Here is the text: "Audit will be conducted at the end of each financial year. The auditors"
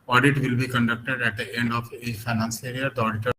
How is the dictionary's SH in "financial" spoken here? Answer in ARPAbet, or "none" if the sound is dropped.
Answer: S